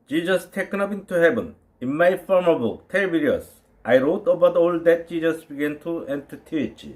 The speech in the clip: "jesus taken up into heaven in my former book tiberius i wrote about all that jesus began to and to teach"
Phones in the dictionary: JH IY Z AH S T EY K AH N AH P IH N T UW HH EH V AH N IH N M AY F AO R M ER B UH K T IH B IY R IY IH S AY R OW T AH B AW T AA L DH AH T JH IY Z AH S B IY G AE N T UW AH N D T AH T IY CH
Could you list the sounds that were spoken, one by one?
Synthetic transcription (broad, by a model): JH IY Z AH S T EY K AH N AH P IH N T UW HH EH B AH N IH N M AY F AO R M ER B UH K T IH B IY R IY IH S AY R OW T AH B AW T AA L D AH T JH IY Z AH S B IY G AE N T UW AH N T AH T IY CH